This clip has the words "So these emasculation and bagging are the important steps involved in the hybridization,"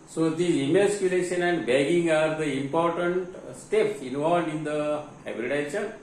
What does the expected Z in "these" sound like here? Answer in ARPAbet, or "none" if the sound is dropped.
none